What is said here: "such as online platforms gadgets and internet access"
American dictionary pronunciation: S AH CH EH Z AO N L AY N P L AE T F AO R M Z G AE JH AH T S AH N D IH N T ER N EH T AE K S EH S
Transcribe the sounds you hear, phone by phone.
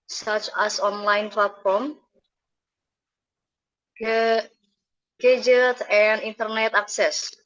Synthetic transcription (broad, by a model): S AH CH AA S AO N L AY N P L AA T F AO R M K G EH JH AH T AH N D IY N T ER N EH T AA K S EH S